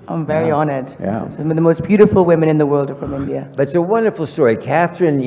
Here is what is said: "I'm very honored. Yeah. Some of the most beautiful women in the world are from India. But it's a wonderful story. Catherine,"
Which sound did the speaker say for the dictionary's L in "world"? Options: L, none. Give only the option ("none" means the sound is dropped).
L